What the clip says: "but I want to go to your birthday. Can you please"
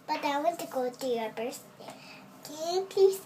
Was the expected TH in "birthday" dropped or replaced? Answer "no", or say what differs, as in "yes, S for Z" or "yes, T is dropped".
yes, S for TH